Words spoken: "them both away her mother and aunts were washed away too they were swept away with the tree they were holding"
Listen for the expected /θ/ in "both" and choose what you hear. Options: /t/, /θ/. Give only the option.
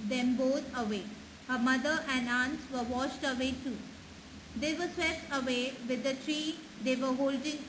/t/